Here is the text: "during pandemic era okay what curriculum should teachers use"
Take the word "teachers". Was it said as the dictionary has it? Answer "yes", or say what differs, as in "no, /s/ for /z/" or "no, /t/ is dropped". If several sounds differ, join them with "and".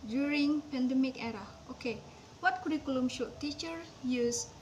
no, /z/ is dropped